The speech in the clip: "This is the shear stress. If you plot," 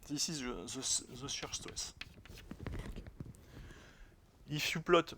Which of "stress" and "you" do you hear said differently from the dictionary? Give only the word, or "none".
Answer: stress